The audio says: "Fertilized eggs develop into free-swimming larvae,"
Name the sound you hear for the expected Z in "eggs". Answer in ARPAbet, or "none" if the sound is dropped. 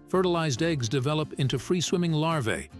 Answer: Z